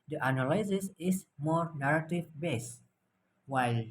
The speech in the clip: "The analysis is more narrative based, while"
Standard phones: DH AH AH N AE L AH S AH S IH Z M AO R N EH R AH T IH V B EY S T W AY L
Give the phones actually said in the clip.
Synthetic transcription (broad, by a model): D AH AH N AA L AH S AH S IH S M AO R N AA R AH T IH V B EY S W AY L